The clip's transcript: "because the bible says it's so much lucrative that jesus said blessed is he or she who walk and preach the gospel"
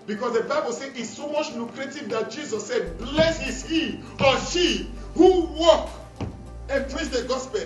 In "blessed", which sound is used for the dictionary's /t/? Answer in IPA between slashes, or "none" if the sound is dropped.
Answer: none